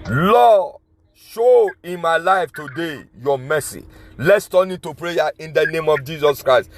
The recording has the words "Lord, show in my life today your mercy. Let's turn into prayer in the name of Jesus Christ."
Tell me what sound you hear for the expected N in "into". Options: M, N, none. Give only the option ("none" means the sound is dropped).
none